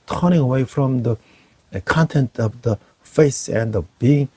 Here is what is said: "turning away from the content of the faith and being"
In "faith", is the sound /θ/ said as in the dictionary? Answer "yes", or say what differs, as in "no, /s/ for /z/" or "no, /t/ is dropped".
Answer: no, /s/ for /θ/